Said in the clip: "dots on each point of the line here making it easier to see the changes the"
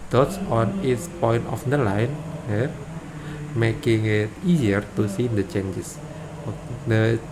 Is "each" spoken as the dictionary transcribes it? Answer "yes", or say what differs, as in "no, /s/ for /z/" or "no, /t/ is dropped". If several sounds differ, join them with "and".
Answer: no, /s/ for /tʃ/